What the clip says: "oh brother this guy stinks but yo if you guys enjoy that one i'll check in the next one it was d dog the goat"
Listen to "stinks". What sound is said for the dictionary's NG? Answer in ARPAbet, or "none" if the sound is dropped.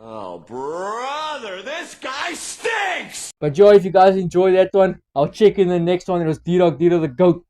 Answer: none